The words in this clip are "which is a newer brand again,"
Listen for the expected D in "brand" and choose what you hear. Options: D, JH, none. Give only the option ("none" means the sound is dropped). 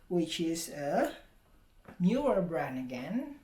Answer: none